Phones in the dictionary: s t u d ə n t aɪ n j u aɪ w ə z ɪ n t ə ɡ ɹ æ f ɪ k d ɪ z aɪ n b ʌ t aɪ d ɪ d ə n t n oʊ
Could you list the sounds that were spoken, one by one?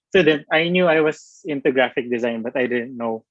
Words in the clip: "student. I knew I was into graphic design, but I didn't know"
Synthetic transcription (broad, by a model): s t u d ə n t aɪ n j u aɪ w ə s ɪ n t ə ɡ ɹ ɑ f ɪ k d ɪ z aɪ n b ʌ t aɪ d ɪ d ə n t n oʊ